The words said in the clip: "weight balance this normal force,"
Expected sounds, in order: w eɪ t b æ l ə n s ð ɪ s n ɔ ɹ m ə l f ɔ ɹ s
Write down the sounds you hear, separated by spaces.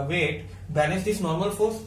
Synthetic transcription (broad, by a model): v eɪ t b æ n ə s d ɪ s n ɔ ɹ m ə l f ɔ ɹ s